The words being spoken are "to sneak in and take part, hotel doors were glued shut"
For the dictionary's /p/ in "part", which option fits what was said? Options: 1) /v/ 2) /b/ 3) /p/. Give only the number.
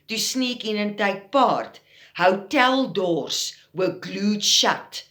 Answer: 3